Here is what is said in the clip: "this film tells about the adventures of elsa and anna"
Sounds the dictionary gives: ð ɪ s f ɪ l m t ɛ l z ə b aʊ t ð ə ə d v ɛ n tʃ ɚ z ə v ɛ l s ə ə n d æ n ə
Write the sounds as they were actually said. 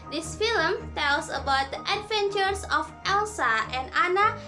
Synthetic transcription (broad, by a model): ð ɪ s f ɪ l m t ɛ l s ə b aʊ t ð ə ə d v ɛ n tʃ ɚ s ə f ɛ l s ə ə n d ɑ n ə